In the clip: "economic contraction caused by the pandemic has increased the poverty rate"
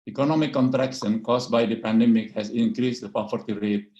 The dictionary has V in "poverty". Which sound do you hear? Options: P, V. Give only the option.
P